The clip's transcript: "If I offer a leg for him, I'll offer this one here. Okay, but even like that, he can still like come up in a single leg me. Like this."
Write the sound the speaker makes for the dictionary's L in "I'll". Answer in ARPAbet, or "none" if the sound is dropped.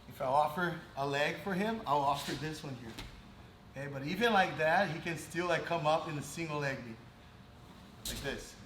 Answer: L